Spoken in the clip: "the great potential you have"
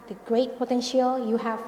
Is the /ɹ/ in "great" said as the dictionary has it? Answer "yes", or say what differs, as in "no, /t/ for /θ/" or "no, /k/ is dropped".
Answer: yes